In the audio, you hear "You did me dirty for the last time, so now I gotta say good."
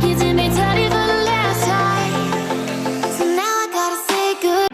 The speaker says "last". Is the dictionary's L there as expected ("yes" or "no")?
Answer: yes